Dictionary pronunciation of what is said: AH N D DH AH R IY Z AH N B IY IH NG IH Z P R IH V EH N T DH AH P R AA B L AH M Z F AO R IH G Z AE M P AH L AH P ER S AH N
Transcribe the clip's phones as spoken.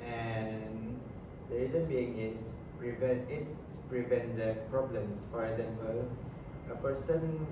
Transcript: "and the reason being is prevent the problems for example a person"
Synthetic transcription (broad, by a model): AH N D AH R IY Z AH N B IY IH NG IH S P R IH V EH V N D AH P R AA B L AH M S F AO R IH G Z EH M P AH L AH P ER S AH N